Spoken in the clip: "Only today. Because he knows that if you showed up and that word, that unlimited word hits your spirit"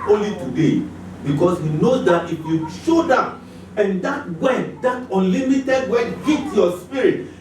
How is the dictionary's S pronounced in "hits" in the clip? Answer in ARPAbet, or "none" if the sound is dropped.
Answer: none